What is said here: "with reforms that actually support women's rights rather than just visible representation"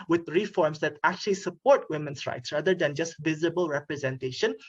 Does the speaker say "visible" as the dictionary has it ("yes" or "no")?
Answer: yes